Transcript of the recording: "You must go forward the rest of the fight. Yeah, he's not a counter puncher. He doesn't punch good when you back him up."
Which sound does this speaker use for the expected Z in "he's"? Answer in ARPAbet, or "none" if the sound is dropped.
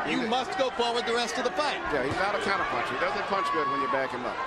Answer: Z